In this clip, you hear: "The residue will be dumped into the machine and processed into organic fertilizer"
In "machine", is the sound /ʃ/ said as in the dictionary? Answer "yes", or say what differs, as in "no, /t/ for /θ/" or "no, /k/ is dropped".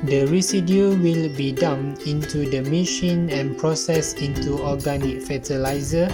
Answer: yes